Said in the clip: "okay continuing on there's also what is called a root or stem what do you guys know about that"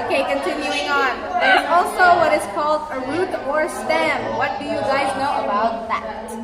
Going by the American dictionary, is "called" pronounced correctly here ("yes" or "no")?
yes